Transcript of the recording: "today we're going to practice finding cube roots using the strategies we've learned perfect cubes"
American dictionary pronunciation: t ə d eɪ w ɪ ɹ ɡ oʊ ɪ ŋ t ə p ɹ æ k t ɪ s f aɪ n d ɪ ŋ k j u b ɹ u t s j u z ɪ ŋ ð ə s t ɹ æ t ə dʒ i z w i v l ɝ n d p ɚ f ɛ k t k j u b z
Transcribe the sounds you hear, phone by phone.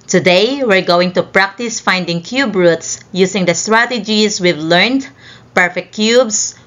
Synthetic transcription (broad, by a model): t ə d eɪ w ɪ ɹ ɡ oʊ ɪ ŋ t ə p ɹ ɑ k t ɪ s f aɪ n d ɪ ŋ k j u b ɹ u t s j u s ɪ ŋ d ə s t ɹ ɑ t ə dʒ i s w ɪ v l ɝ n d p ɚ f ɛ k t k j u b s